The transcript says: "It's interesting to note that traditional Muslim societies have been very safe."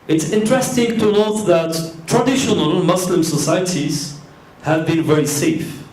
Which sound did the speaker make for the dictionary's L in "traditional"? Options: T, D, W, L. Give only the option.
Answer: L